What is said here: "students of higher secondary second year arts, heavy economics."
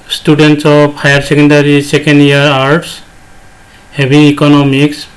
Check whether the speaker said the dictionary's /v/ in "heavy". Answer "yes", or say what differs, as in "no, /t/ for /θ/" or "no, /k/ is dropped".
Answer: no, /b/ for /v/